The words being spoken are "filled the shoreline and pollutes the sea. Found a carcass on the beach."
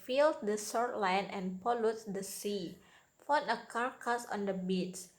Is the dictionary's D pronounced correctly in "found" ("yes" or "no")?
no